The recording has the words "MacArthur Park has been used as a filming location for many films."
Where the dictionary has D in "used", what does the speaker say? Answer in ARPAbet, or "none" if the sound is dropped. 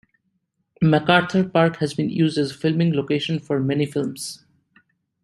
D